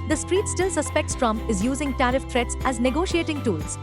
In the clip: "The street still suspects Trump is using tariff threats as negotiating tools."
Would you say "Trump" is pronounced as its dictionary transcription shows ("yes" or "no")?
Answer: no